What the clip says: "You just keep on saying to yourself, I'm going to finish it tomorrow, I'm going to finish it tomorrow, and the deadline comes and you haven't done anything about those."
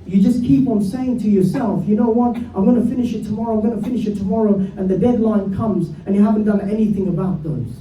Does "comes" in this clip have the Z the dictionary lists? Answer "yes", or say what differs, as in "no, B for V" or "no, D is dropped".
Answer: yes